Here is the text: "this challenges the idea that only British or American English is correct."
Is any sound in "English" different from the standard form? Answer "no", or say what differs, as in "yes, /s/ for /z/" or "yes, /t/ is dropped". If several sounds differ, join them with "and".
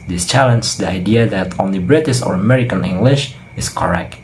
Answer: no